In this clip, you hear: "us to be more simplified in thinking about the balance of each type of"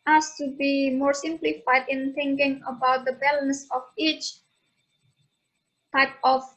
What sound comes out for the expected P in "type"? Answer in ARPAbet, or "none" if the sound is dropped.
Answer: P